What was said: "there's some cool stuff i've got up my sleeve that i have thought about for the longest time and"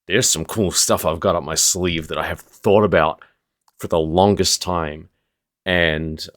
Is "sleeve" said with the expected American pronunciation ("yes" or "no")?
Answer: yes